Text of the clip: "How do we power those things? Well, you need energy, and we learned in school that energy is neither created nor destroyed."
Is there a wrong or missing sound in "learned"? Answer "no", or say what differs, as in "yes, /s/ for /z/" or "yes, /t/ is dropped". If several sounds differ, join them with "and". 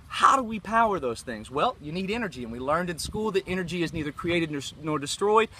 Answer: no